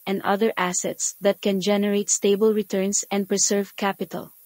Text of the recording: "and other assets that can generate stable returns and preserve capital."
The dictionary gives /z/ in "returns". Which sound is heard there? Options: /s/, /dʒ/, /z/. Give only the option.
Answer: /s/